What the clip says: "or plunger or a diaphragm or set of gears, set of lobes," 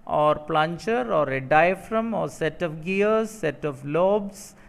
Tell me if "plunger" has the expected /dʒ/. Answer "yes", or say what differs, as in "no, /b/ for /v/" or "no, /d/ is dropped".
no, /tʃ/ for /dʒ/